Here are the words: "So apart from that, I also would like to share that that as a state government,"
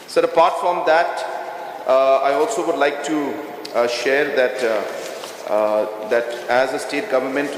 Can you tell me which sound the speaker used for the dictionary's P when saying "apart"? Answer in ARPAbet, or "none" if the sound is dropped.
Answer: P